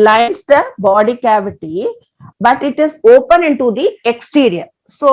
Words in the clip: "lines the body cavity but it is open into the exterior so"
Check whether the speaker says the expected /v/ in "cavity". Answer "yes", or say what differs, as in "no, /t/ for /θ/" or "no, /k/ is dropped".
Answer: yes